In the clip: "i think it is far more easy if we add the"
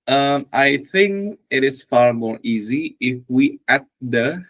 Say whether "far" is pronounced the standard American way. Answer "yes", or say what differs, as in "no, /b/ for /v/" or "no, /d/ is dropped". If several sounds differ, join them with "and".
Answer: yes